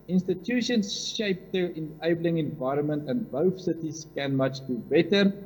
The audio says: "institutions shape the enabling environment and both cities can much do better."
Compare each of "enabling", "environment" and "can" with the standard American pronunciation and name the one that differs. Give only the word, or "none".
none